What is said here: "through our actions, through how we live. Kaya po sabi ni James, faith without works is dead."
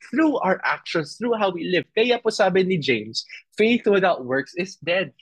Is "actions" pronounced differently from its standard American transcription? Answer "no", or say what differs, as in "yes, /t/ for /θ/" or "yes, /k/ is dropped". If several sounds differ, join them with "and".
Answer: yes, /s/ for /z/